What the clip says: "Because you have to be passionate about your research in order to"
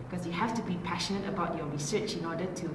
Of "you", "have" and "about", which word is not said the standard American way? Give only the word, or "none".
have